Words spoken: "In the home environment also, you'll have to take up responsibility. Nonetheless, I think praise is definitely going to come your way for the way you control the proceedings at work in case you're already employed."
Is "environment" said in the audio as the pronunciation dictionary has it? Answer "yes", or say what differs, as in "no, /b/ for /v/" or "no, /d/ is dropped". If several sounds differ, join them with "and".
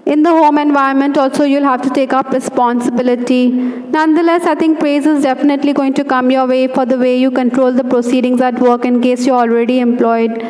no, /ɹ/ is dropped